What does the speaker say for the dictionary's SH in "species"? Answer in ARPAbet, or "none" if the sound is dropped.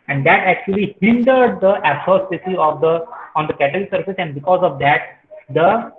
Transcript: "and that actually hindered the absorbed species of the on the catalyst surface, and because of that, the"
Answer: S